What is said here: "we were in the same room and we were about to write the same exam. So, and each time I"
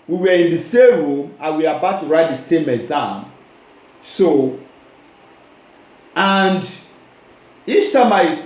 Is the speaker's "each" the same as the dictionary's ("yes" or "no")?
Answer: no